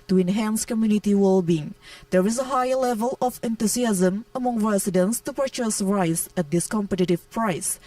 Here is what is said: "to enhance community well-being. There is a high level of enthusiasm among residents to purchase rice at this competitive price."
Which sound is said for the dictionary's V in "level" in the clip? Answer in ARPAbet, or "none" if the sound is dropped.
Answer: V